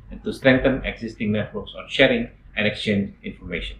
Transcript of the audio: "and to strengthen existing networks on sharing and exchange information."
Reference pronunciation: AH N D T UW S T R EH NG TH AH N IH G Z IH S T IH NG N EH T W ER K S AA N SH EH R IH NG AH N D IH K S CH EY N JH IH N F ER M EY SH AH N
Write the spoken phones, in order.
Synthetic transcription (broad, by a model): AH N T UW S T R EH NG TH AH N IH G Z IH S T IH NG N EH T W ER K S AA N SH EH R IH NG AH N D IH K S CH EY N JH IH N F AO M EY SH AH N